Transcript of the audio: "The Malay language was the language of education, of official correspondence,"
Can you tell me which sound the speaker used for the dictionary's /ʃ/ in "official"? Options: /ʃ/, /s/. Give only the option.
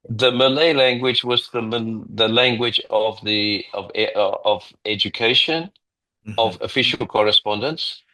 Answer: /ʃ/